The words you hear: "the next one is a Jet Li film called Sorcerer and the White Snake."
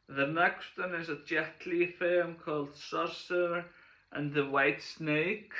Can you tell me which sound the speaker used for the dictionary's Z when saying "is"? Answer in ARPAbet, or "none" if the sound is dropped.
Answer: Z